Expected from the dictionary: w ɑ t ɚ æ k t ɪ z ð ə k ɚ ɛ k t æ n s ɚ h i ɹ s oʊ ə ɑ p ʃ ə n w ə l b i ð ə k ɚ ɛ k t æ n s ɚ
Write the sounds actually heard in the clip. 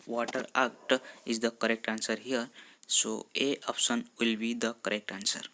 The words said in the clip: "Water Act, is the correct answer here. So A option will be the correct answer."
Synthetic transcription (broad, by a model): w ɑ t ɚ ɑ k t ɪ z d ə k ɚ ɛ k t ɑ n s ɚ h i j s oʊ ə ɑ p s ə n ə l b i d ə k ɚ ɛ k t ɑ n s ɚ